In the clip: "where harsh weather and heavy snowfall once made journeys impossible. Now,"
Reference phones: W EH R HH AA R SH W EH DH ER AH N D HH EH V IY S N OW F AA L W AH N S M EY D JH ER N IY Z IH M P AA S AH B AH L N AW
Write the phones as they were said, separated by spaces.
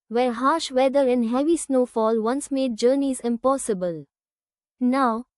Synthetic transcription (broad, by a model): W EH R HH AA R SH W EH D ER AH N HH EH V IY S N OW F AA L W AH N S M EY D JH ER N IY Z IH M P AA S AH B AH L N AW